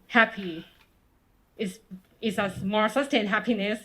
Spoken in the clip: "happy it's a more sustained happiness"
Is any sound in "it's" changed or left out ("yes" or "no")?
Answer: yes